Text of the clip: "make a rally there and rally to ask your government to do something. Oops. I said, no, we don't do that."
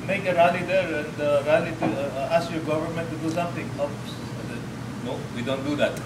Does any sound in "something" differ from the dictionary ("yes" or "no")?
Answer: yes